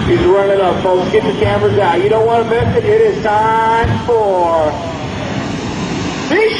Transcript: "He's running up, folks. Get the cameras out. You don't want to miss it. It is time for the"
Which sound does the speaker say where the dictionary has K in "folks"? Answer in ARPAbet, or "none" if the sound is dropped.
none